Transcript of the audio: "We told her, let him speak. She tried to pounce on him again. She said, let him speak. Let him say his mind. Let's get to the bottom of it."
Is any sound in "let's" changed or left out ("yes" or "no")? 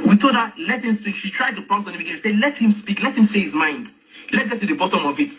yes